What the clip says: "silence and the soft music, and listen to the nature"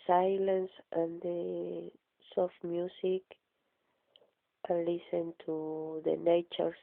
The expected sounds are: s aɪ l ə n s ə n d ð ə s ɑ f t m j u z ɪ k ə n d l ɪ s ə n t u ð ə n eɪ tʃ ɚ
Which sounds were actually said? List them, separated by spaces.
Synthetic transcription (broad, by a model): s aɪ l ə n s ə n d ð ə s ɑ f t m j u s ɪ k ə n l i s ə n t u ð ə n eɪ tʃ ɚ